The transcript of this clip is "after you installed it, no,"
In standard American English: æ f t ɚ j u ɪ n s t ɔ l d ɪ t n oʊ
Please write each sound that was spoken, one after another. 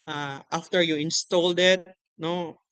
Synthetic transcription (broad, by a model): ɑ f t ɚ j u ɪ n s t ɔ l d ɪ t n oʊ